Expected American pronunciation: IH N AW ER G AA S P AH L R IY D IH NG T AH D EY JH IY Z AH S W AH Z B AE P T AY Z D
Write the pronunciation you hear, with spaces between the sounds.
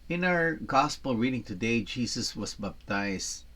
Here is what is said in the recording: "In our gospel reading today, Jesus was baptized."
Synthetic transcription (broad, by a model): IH N AW ER G AA S P AH L R IY D IH NG T AH D EY JH IY S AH S W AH S B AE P T AY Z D